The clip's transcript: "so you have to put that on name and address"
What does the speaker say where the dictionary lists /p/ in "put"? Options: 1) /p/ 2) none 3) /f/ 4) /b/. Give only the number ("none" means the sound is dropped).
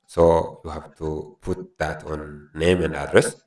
1